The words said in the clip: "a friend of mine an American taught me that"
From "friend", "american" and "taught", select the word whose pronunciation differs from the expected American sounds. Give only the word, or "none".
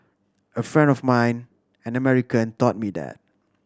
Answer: none